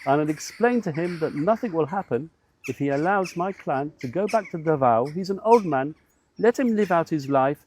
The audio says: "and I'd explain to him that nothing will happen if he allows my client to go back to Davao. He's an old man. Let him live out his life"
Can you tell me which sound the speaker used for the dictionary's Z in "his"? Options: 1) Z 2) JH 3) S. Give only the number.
1